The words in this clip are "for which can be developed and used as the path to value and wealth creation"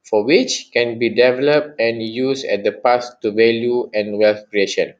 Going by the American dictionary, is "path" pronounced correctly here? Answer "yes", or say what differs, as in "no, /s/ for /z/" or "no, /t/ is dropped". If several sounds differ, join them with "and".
no, /s/ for /θ/